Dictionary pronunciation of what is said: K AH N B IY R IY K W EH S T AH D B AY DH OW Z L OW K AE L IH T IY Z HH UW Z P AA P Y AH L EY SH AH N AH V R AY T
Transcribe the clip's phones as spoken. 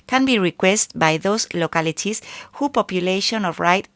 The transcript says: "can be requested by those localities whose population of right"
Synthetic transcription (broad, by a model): K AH N B IY R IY K W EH S T B AY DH OW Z L OW K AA L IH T IY S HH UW P AA P Y AH L EY SH AH N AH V R AY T